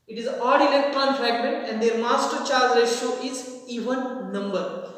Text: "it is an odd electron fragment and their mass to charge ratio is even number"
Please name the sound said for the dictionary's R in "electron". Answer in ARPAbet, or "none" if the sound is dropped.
R